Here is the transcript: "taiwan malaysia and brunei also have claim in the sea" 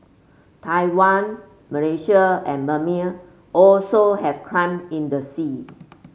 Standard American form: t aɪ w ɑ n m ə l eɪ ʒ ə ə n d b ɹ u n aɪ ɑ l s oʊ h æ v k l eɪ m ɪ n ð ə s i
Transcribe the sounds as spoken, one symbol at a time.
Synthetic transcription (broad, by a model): t aɪ w ɑ n m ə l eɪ ʃ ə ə n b u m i ɑ l s oʊ h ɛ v k ɑ m ɪ n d ə s i